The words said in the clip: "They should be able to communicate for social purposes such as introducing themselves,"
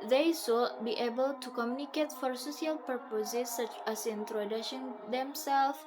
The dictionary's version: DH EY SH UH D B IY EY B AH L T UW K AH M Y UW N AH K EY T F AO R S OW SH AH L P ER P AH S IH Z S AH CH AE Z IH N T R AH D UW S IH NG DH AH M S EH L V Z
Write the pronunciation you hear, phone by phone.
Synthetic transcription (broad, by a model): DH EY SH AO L B IY EY B AH L T UW K AH M Y UW N AH K EY T F AO R S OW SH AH L P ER P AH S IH S AH CH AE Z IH N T R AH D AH SH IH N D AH M S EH L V